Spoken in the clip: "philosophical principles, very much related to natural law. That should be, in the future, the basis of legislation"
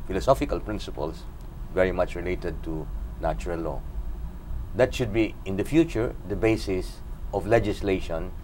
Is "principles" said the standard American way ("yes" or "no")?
no